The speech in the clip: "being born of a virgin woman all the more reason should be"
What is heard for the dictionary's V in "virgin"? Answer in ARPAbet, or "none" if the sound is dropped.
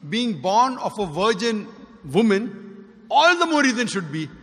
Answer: V